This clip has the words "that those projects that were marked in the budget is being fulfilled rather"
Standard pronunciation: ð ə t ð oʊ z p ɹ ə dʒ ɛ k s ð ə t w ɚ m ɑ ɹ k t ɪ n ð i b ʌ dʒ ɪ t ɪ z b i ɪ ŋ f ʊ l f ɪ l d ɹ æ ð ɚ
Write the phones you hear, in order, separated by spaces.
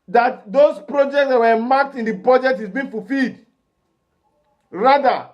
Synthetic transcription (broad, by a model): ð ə t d oʊ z p ɹ ə dʒ ɛ k s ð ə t w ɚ m ɑ k t ɪ n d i b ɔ dʒ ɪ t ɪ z b i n f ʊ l f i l d ɹ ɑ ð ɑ